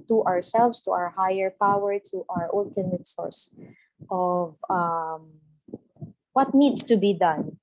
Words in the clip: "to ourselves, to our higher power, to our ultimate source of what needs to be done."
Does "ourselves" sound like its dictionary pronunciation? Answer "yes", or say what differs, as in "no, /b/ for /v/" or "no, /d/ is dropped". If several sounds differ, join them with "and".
no, /s/ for /z/